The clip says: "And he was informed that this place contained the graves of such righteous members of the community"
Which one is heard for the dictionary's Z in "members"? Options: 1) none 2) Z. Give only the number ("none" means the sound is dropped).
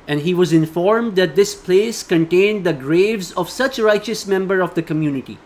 1